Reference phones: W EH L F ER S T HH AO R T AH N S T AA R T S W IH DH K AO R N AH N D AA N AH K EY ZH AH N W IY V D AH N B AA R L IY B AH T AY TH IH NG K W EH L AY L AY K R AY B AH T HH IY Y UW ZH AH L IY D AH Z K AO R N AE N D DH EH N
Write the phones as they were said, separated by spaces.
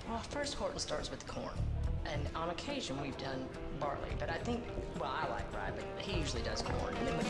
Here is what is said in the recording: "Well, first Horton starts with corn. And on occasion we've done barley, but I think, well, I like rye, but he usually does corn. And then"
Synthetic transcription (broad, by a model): W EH L F ER S T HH AO R T N S T AA R T S W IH DH K AO R N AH N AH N AH K EY ZH AH N W IY V D AH N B AA R L IY B AH T AY TH IH NG K W EH L AY L AY K R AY B AH T HH IY Y UW ZH L IY D AH Z K AO R N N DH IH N